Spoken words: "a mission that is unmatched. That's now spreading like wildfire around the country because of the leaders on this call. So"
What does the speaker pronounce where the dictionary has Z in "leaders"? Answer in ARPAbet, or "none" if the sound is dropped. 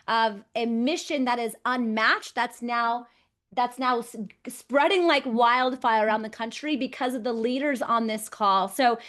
Z